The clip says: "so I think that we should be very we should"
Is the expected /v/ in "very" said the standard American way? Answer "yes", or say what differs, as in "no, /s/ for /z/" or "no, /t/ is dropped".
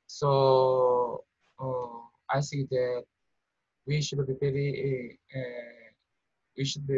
no, /p/ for /v/